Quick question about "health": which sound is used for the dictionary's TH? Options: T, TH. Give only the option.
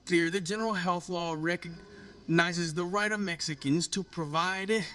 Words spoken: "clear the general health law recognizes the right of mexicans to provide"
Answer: TH